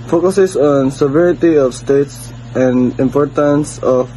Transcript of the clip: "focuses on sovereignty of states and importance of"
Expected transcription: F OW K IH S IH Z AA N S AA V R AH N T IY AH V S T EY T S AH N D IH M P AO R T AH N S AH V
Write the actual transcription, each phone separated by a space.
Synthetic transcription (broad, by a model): F OW K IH S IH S AA N S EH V R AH T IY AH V S T EY T S AH N D IH M P AO R T AH N S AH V